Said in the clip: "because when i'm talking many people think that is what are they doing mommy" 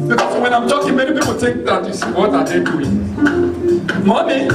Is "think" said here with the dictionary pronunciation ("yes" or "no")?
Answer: no